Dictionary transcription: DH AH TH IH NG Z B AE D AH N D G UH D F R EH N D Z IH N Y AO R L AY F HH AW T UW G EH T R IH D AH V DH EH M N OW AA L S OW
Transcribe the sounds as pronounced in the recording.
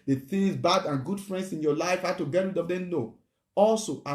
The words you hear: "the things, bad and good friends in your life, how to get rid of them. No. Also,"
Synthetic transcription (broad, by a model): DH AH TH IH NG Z B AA D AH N G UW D F R EH N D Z IH N Y AO L AY F HH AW T UW G EH T W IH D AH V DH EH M N OW AA L S OW